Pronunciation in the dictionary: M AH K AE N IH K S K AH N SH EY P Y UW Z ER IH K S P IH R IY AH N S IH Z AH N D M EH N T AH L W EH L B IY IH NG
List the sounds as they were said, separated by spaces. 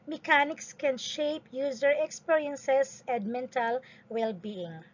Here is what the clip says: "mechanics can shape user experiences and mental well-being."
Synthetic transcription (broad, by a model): M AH K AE N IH K S K AH N SH EY P Y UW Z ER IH K S P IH R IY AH N S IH S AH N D M EH N T AH L W EH L B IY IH NG